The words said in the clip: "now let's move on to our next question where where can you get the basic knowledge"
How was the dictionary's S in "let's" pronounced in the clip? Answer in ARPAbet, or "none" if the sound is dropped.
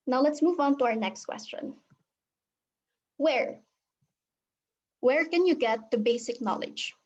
S